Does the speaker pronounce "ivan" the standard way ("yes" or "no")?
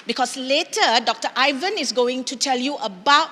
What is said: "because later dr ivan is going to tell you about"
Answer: yes